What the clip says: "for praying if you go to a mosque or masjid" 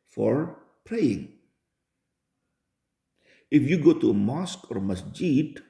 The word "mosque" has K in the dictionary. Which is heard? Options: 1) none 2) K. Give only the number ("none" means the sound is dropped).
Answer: 2